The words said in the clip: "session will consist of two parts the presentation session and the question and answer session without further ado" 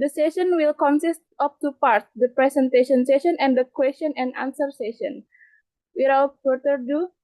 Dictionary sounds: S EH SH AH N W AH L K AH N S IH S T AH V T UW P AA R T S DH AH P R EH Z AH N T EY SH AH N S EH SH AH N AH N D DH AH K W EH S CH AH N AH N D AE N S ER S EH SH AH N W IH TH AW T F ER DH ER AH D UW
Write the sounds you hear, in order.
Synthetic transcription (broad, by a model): S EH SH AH N W AH L K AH N S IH S T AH P T UW P AA R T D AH P R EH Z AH N T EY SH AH N S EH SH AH N AH N D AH K W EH S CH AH N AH N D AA N S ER S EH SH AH N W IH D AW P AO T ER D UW